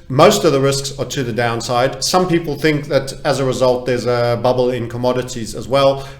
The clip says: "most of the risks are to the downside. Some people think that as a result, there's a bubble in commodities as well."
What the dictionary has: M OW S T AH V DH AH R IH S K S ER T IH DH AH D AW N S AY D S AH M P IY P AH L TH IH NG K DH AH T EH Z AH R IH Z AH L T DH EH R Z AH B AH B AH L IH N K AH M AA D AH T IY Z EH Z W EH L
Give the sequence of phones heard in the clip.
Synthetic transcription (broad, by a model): M OW S T AH V DH AH R IH S K S ER T IH DH AH D AW N S AY D S AH M P IY P L TH IH NG K DH AH T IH Z AH R IH Z AH L T DH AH R Z AH B AH B L IH N K AH M AA D AH T IY Z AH Z W EH L